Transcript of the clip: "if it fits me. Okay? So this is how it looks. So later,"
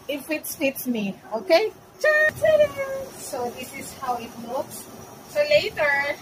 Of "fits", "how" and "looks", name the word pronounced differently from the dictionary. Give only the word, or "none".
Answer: looks